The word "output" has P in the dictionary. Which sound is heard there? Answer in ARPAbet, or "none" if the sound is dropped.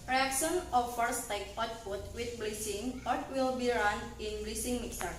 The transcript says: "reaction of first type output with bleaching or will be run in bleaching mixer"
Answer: F